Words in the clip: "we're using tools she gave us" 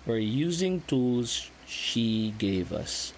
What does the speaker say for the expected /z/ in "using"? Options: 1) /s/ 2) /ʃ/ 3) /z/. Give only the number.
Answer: 3